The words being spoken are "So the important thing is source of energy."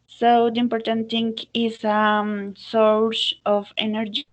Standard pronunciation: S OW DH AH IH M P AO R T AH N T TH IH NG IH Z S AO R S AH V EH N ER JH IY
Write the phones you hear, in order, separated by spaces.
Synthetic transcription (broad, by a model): S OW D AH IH M P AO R T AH N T T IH NG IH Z S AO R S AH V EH N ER JH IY